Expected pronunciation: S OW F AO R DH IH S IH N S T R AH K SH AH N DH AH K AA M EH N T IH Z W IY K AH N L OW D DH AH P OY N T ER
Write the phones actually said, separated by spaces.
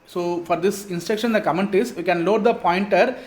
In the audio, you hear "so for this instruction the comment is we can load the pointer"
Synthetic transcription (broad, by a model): S OW F AO R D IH S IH N S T EH K SH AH N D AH K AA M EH N T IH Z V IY K AH N L OW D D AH P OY N T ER